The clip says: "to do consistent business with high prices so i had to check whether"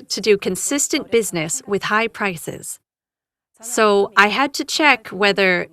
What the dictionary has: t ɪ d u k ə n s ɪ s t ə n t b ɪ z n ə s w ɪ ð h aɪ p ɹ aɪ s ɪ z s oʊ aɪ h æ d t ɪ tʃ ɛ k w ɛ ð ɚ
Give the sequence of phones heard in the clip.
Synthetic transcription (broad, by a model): t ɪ d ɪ k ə n s ɪ s t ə n b ɪ z n ə s w ɪ ð h aɪ p ɹ aɪ s ɪ z s oʊ aɪ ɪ d t ɪ tʃ ɛ k w ɛ ð ɚ